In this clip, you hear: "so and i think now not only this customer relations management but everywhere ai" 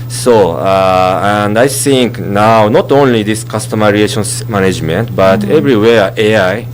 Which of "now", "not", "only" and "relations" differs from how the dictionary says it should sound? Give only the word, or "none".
relations